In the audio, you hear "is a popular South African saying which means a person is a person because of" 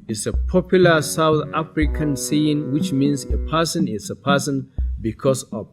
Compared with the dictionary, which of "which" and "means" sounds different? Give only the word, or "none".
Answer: means